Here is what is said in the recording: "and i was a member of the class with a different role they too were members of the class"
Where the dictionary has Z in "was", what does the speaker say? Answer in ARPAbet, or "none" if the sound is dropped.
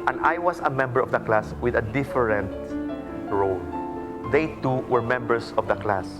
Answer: S